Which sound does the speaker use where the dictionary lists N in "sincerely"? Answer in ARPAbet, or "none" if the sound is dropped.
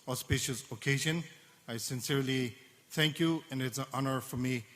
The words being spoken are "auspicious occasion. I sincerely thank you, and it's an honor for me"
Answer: N